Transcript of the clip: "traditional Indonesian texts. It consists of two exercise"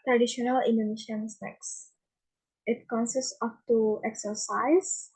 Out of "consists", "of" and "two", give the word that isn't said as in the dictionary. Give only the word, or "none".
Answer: of